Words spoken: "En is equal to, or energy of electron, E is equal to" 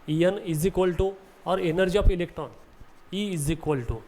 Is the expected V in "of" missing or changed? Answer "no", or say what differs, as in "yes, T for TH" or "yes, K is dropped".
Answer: yes, P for V